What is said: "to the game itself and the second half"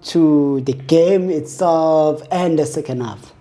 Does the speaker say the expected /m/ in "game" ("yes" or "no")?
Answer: yes